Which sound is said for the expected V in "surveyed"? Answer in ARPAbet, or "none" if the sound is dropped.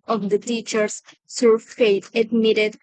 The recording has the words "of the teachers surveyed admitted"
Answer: F